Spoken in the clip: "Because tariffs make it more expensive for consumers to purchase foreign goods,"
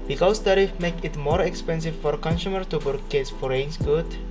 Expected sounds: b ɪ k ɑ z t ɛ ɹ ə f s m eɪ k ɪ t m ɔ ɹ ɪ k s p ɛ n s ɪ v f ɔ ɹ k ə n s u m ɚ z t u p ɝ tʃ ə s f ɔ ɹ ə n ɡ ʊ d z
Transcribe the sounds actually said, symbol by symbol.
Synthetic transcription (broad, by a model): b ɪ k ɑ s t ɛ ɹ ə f m eɪ k ɪ t m ɔ ɹ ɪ k s p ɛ n s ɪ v f ɔ ɹ k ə n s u m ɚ t u b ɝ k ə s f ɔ ɹ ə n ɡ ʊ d